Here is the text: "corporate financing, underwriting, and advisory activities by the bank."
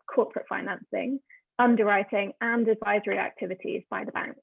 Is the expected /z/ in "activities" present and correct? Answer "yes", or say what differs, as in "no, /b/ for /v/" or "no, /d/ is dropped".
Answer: yes